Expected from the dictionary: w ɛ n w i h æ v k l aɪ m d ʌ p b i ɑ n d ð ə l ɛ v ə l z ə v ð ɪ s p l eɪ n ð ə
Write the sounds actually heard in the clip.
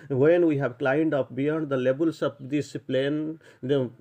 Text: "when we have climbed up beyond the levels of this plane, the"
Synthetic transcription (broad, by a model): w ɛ n w i h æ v k l aɪ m d ʌ p b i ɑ n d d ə l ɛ b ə l s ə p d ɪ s p l eɪ n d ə